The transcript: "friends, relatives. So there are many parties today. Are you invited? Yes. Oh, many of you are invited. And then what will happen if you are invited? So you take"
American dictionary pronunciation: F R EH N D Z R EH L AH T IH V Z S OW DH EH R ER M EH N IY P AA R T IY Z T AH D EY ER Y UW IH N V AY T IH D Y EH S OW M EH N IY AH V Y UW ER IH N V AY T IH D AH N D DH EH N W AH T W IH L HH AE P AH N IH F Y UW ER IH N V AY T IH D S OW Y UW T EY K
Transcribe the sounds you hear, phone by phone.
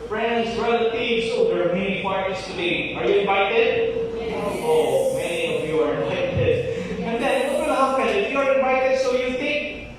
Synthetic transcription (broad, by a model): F R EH N D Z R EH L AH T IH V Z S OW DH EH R M EH N IY F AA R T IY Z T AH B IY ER Y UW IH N V AY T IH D OW M EH N IY AH V Y UW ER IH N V AY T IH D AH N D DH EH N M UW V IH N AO F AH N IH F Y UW ER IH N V AY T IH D S OW Y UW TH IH K